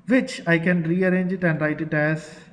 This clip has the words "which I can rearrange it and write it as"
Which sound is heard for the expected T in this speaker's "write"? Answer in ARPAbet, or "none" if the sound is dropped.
T